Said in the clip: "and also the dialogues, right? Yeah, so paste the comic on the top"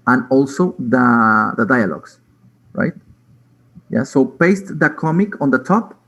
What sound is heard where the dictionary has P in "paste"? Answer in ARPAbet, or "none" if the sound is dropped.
B